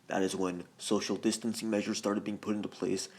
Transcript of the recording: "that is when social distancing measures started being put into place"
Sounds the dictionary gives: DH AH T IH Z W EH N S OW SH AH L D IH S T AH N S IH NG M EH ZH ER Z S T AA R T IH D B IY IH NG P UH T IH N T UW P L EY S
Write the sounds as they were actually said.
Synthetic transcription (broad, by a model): DH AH T IH Z W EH N S OW SH L D IH S T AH N S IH NG M EH ZH ER Z S T AA R T IH D B IY IH NG P UH T IH N T UW P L EY S